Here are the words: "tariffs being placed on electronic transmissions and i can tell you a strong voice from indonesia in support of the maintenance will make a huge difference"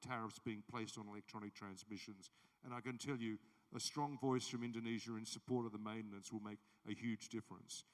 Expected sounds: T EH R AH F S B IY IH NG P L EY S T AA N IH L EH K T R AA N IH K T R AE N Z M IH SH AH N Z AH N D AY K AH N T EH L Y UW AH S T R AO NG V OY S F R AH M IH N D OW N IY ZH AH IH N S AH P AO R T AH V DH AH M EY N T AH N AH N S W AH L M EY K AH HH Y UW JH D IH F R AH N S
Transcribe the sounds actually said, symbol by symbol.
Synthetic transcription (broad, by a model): T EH R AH F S B IY IH NG P L EY S T N IH L EH K T R AA N IH K T R AE N Z M IH SH AH N Z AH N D AY K AH N T EH L Y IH AH S T R AO NG V OY S F R AH M IH N D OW N IY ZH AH IH N S AH P AO R T AH V DH AH M EY N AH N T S W AH L M EY K AH HH Y UW JH D IH F R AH N S